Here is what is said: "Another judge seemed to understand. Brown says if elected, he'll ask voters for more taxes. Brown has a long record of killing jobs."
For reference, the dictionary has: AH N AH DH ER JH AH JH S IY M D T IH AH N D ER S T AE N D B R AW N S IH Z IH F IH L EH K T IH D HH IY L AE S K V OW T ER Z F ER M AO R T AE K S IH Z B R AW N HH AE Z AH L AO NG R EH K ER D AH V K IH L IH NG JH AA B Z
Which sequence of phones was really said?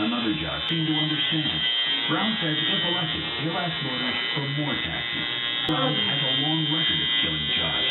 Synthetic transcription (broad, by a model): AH N AH DH ER JH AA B S IY M T IH AH N D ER S T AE N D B R AW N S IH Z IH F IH L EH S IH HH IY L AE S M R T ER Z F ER M AO R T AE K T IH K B R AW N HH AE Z AH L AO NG R EH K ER AH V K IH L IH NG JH AA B